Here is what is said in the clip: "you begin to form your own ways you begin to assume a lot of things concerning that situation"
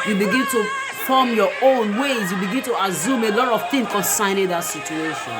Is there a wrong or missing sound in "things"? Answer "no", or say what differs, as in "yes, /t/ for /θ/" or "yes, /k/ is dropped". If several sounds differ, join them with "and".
yes, /z/ is dropped